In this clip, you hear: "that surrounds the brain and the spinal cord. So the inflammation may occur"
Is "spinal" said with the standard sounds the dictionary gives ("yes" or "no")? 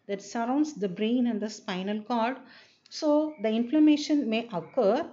yes